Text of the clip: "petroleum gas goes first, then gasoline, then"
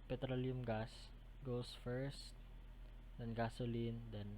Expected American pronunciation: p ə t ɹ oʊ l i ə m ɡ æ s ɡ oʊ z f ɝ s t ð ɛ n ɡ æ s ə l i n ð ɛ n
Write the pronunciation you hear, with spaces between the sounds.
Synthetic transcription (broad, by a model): p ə t ɹ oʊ l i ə m ɡ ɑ s ɡ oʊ s f ɝ s t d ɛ n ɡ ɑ s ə l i n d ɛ n